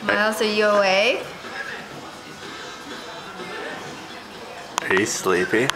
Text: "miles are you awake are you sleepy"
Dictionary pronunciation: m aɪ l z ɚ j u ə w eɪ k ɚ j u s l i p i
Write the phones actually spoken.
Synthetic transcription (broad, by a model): m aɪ l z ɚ j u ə w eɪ ɪ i s l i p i